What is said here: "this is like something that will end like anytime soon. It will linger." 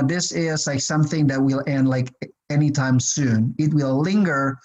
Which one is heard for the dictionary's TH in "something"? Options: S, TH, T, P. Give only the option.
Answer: TH